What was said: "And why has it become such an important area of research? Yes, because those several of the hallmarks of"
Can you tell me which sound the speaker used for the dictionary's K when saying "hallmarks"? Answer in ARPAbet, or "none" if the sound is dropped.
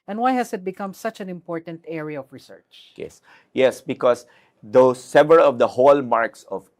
K